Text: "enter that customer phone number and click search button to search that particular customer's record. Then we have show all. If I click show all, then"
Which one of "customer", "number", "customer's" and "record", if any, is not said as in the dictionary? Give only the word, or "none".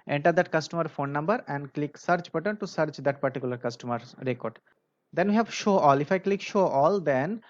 customer's